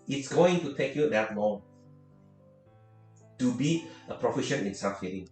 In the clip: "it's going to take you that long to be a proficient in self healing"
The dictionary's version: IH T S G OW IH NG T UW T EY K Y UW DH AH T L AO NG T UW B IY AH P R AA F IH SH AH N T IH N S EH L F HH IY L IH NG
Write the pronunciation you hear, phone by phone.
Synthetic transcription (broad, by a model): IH T S G OW IH NG T UW T EY K Y UW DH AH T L AO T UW B IY AH P R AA F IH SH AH N IH N S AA F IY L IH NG